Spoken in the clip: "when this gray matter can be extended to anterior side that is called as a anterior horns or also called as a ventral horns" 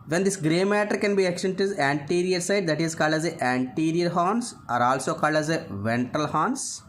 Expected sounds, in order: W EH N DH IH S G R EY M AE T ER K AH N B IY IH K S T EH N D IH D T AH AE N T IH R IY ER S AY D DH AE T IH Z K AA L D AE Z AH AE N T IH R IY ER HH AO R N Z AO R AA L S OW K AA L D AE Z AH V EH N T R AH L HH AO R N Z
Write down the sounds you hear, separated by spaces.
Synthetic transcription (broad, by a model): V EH N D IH S G R EY M AE T ER K AH N B IY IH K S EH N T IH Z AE N T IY R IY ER S AY D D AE T IH Z K AA L D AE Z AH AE N T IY R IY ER HH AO N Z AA R AA L S OW K AA L D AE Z AH V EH N T AH L HH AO N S